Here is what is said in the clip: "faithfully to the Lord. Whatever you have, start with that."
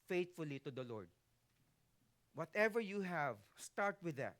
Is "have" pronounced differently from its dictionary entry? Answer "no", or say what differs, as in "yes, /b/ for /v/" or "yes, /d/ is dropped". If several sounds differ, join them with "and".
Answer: no